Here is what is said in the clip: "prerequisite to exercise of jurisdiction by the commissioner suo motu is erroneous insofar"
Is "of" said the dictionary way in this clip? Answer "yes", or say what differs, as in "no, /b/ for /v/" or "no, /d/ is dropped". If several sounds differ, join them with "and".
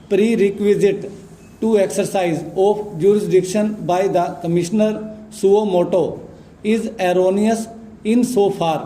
no, /p/ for /v/